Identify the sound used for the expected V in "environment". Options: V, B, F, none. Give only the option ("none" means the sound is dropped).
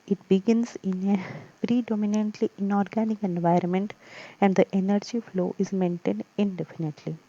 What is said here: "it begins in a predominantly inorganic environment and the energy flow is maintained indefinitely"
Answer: V